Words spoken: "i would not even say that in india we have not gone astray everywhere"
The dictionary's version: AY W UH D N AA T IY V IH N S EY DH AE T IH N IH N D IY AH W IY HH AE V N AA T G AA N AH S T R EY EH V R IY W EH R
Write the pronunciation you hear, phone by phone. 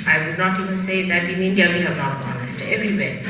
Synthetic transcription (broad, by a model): AY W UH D N AA T IY V IH N S EY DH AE T IH N IH N D IY AH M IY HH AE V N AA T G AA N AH S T EY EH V R IY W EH